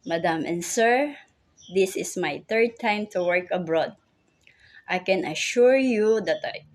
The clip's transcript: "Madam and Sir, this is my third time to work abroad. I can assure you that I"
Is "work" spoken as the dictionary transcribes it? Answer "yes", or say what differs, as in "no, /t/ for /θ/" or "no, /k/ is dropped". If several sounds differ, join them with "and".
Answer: yes